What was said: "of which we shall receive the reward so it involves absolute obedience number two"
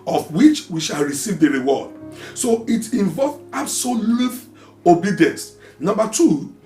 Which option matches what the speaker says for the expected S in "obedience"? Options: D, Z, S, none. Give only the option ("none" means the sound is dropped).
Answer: S